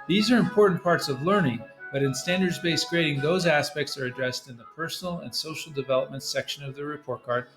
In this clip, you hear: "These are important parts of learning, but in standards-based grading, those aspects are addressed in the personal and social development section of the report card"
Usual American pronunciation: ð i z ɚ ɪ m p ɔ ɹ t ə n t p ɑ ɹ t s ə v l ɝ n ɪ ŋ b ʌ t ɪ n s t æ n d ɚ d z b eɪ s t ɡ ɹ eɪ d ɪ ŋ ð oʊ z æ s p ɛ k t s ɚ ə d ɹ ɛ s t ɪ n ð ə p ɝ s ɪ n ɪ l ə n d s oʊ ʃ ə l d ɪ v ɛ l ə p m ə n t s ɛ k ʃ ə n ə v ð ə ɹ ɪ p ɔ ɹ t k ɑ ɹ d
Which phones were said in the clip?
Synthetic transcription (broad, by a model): ð i z ɚ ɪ m p ɔ ɹ t n p ɑ ɹ t s ə v l ɝ n ɪ ŋ b ʌ t ɪ n s t æ n d ɚ d z b eɪ s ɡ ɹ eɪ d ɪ ŋ ð oʊ z æ s p ɛ k t s ɚ ə d ɹ ɛ s t ɪ n ð ə p ɝ s n l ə n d s oʊ ʃ l d ɪ v ɛ l ə p m ə n t s ɛ k ʃ ə n ə v ð ə ɹ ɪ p ɔ ɹ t k ɑ ɹ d